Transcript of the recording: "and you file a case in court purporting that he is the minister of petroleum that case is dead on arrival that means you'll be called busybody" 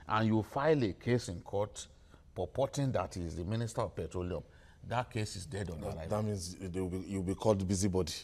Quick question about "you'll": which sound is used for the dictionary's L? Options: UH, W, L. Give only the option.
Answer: W